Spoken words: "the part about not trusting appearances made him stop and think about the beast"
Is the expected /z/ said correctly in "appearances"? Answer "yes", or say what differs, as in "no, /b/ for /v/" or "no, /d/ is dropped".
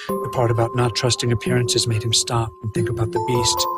yes